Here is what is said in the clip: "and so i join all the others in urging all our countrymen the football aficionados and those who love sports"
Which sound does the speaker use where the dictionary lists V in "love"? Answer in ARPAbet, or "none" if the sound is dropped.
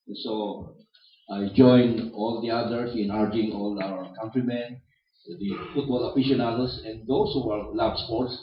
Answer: B